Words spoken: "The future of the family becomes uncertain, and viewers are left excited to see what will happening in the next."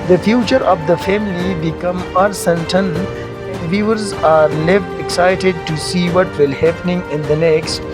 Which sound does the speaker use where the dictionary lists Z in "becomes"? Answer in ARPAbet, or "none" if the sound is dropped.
none